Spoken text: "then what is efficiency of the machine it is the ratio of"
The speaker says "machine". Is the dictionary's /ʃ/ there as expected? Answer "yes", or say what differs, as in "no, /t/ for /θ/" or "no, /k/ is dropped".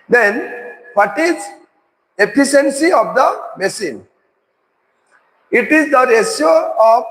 no, /s/ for /ʃ/